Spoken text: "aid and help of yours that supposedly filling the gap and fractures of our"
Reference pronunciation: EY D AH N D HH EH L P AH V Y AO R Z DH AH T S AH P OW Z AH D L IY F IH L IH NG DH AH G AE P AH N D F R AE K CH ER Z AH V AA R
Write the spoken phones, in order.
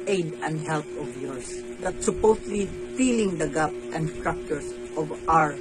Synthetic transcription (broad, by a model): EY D AH N D HH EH L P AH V Y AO R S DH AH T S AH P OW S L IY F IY L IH NG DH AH G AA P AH N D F R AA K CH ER S AH V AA R